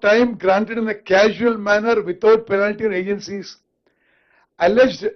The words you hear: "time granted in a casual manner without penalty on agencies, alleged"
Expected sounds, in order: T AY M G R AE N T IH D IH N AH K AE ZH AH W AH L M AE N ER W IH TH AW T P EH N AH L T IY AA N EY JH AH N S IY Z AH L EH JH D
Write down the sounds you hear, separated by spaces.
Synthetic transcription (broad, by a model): T AY M G R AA N T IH D IH N AH K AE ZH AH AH L M AE N ER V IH T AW T P EH N AH L T IY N EY JH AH N S IY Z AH L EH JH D